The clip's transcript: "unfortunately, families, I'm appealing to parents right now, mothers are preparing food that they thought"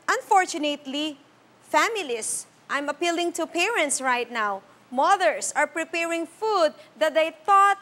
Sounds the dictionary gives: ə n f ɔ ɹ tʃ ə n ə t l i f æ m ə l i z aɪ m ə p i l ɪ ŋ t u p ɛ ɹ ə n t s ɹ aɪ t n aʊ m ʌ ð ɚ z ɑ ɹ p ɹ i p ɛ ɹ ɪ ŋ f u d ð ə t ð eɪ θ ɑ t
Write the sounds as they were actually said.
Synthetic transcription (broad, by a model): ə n f ɔ ɹ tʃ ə n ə t l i f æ m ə l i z aɪ m ə p i l ɪ ŋ t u p ɛ ɹ ə n t s ɹ aɪ t n aʊ m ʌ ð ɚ s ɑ ɹ p ɹ i p ɛ ɹ ɪ ŋ f u d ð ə t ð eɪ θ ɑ t